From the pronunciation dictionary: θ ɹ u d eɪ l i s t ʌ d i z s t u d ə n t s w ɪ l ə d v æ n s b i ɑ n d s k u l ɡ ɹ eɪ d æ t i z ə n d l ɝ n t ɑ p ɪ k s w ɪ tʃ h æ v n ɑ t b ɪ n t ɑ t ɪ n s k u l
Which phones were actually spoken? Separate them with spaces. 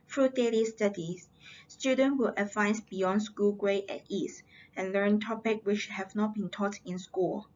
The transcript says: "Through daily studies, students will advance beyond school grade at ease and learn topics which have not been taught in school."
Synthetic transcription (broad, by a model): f ɹ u d eɪ l i s t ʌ d i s s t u d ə n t w ɪ l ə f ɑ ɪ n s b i ɑ n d s k u l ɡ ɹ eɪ ɛ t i s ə n l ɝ n t ɑ p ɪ k w ɪ tʃ h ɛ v n ɑ t b ɪ n t ɑ t ɪ n s k u l